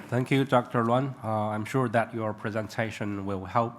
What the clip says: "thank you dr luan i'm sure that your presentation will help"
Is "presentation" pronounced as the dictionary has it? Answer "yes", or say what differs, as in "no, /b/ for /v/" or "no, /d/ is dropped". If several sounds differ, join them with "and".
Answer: yes